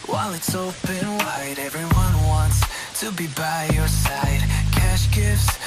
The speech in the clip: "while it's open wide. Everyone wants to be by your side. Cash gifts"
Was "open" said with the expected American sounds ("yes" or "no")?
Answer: no